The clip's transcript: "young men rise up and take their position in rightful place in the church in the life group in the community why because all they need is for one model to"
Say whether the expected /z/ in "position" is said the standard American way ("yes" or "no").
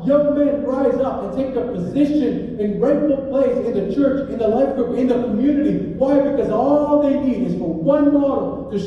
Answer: yes